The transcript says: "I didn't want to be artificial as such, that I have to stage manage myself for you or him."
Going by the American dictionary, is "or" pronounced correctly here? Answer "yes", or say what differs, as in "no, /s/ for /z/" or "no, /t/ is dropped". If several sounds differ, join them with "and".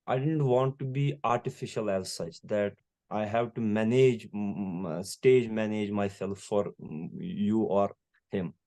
yes